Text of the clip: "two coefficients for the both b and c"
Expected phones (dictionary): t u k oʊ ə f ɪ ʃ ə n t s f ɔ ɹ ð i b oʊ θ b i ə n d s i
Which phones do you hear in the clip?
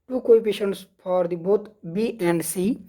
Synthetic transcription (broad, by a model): t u k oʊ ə p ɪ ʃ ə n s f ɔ ɹ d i b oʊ t b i ə n d s i